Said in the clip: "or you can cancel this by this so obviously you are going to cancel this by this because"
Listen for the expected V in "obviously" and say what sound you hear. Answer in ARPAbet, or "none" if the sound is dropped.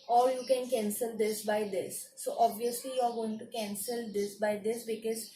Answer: V